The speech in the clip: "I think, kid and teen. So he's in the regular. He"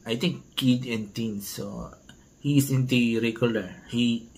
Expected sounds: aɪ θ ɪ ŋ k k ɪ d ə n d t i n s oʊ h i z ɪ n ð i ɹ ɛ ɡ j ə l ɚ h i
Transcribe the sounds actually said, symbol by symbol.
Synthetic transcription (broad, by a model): aɪ t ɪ ŋ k k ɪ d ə n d t i n s oʊ h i s ɪ n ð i ɹ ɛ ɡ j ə l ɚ h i